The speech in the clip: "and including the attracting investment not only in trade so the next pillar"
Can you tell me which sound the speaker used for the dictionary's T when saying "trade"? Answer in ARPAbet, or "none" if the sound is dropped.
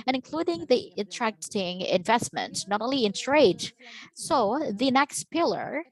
S